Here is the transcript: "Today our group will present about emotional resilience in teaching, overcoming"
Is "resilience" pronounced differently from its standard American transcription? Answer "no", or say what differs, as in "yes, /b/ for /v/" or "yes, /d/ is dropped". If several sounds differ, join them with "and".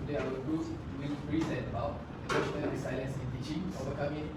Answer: yes, /s/ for /z/